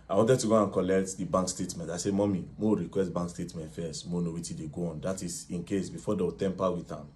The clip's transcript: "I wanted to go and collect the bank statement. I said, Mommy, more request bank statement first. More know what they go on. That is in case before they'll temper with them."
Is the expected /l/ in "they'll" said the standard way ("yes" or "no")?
no